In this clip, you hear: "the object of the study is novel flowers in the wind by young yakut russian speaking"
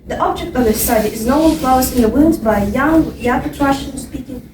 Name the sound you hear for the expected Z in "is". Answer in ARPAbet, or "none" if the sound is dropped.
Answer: Z